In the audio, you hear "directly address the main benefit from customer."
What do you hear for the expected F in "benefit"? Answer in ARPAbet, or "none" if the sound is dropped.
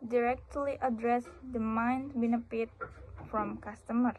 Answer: P